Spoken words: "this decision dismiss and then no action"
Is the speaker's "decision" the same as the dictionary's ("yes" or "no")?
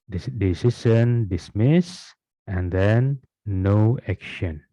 no